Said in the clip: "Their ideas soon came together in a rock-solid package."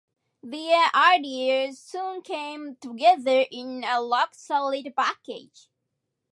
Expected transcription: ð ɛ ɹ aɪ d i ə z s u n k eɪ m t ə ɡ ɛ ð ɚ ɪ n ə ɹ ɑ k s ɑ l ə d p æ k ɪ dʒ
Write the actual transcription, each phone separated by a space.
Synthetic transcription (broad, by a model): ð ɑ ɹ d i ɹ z s u n k eɪ m t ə ɡ ɛ ð ɚ ɪ n ə l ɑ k s ɑ l ə d p æ k ɪ dʒ